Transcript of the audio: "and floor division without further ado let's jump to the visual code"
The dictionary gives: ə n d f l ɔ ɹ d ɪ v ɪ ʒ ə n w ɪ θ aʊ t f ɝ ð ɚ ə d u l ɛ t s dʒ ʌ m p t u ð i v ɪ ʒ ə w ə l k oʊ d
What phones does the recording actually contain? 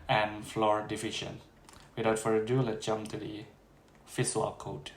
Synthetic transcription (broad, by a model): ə n f l ɔ ɹ d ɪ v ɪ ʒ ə n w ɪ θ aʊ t f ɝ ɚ ə d u l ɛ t dʒ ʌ m t u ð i f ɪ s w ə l k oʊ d